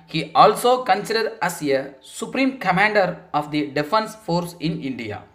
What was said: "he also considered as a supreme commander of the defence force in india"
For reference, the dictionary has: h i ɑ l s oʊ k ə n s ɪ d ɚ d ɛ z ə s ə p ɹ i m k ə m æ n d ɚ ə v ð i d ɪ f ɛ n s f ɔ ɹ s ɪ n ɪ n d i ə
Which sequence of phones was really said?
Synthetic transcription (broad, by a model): h i ɑ l s oʊ k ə n s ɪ d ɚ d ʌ s ə s ə p ɹ i m k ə m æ n d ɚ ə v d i d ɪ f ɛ n s f ɔ ɹ s ɪ n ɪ n d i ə